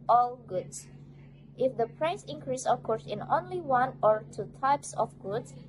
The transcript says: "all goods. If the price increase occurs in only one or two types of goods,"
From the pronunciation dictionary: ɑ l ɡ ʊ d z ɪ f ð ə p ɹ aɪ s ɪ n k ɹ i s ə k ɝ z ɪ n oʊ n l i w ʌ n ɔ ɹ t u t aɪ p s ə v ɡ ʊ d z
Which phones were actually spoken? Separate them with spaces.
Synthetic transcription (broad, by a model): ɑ l ɡ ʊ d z ɪ f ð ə p ɹ aɪ s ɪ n k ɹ i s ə k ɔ s ɪ n oʊ n l i w ʌ n ɔ ɹ t u t aɪ p s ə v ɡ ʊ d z